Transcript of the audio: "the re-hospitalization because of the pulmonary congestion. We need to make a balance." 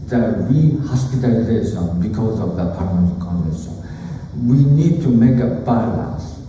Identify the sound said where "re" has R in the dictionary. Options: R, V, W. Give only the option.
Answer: W